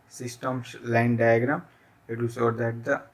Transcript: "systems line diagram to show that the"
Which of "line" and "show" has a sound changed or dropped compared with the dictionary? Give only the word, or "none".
show